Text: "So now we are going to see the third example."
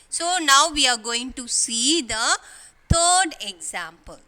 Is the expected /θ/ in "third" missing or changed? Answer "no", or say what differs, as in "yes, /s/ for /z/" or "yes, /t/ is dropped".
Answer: yes, /t/ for /θ/